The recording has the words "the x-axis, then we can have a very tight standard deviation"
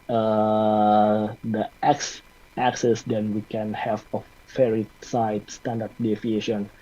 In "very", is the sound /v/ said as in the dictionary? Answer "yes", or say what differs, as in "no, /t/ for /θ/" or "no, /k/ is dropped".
no, /f/ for /v/